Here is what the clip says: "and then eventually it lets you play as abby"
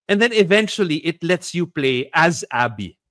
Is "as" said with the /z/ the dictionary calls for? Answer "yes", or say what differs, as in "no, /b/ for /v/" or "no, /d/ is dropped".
yes